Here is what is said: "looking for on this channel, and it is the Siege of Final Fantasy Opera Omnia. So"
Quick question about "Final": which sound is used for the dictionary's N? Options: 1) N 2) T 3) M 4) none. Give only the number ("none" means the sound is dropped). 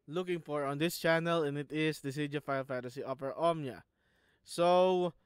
4